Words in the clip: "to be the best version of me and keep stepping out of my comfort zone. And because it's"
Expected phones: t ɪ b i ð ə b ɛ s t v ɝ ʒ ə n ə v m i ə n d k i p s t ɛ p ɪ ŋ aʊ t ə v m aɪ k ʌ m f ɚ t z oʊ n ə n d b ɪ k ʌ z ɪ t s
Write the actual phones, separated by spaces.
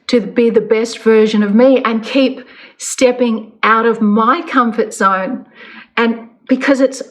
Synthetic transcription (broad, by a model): t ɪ b i ð ə b ɛ s t v ɝ ʒ ə n ə v m i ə n k i p s t ɛ p ɪ ŋ aʊ t ə v m aɪ k ʌ m f ɚ t s oʊ n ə n b ɪ k ʌ z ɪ t s